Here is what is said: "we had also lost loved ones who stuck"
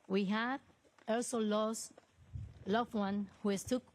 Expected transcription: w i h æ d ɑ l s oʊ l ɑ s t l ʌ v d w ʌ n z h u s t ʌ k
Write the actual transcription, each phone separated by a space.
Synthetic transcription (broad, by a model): w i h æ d ɑ l s oʊ l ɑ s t l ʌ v w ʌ n h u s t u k